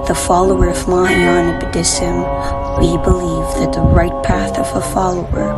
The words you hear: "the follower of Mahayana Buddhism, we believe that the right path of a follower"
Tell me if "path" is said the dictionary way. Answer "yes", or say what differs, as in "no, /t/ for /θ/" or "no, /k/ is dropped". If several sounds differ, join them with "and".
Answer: yes